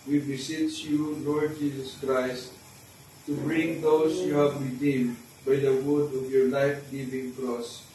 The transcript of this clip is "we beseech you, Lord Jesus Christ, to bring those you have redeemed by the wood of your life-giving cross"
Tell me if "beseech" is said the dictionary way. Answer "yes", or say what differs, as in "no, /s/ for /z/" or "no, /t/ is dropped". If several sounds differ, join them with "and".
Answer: no, /s/ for /tʃ/